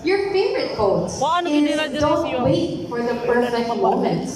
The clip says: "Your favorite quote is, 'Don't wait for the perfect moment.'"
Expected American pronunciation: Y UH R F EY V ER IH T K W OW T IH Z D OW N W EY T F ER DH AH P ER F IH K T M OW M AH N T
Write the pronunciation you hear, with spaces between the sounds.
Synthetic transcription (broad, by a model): Y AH R F EY V ER IH T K OW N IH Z D OW N W EY T F ER DH AH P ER IH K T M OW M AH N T